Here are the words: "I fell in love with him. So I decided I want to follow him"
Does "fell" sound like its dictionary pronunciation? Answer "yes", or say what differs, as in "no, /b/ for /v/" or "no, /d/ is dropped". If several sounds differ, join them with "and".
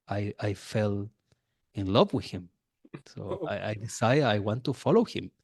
yes